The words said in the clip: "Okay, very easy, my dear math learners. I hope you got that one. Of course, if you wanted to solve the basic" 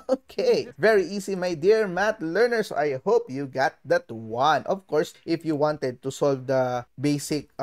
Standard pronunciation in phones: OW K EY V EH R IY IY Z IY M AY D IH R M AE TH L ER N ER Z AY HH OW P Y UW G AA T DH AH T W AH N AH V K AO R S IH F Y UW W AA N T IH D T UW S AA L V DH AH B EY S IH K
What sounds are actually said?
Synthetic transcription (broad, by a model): OW K EY V EH R IY IY S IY M AY D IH R M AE T L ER N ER S AY HH OW P Y UW G AA T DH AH T W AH N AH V K AO R S IH F Y UW W AA N T IH D T UW S AA L V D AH B EY S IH K